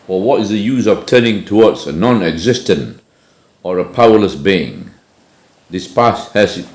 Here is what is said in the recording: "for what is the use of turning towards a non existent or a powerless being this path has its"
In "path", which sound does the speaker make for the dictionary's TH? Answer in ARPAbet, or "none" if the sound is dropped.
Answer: S